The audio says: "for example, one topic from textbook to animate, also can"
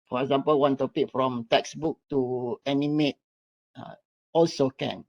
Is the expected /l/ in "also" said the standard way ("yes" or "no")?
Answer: yes